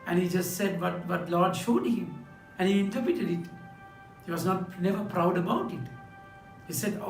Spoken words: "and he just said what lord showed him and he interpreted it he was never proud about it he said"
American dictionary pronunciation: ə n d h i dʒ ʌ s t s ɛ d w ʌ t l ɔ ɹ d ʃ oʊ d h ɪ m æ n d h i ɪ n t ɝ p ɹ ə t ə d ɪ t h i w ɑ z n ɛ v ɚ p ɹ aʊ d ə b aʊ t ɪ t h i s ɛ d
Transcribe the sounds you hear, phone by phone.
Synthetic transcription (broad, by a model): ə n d h i dʒ ʌ s t s ɛ d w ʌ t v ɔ l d ʃ oʊ d h ɪ m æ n h i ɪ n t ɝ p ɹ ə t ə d ɪ t h i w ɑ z n ɛ v ɚ p ɹ aʊ d ə b aʊ t ɪ t h i s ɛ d